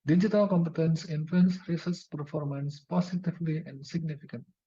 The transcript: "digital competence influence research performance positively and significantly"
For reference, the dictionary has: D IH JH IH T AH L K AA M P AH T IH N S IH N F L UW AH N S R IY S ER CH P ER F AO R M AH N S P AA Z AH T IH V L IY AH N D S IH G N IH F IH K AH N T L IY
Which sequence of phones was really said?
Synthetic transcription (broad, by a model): D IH JH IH T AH L K AA M P AH T IH N S IH N F L UW AH N S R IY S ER S P ER F AO R M AH N S P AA S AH T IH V L IY AH N D S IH G N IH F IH K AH N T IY